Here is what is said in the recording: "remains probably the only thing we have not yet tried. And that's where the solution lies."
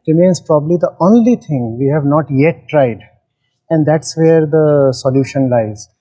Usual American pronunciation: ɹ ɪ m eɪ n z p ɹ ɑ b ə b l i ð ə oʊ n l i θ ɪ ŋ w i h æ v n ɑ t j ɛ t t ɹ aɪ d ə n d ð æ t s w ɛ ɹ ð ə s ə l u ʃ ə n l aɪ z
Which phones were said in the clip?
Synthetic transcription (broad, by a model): ɹ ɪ m eɪ n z p ɹ ɑ b ə b l i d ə oʊ n l i t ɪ ŋ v i h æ v n ɑ t j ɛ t t ɹ aɪ d ə n d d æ t s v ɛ ɹ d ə s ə l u ʃ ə n l aɪ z